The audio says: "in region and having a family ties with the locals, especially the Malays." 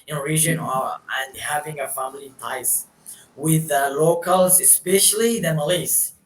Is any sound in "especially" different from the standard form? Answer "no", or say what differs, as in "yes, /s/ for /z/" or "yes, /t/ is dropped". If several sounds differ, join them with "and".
no